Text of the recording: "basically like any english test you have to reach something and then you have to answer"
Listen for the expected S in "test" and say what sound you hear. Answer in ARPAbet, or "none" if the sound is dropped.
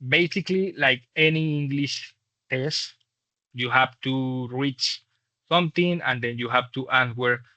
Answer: S